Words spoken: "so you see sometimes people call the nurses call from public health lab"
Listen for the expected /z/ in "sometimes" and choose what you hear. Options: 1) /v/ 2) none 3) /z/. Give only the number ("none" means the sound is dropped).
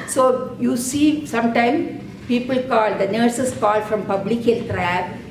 2